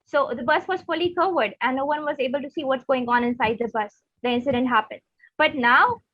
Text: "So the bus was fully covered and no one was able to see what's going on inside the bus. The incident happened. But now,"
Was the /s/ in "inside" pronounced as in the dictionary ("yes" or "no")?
yes